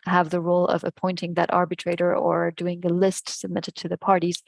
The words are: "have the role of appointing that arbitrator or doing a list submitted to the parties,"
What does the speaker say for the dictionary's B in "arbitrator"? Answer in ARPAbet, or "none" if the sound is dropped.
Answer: B